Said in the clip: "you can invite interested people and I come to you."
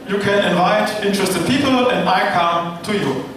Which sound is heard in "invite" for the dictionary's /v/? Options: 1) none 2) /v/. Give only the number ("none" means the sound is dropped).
2